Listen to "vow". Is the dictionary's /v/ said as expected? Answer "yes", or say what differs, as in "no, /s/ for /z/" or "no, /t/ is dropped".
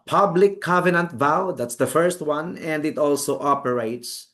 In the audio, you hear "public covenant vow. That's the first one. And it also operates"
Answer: yes